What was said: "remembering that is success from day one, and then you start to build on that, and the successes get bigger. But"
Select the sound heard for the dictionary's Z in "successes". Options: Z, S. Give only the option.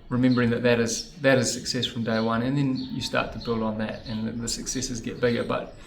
Z